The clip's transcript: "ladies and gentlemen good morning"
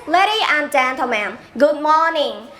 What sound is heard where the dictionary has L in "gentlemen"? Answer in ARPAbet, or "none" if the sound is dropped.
none